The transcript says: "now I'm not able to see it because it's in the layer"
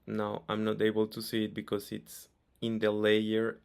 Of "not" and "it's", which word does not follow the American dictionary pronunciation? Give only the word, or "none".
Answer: none